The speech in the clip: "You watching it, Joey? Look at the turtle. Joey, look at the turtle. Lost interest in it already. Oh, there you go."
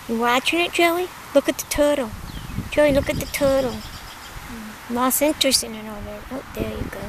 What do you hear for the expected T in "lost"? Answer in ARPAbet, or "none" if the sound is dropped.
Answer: none